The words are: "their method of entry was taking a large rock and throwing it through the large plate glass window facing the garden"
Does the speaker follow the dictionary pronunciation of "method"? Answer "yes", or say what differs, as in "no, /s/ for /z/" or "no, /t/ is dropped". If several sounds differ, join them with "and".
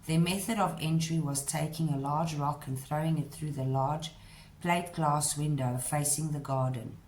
yes